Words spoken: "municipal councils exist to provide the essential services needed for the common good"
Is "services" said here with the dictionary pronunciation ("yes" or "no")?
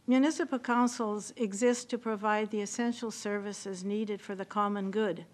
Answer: yes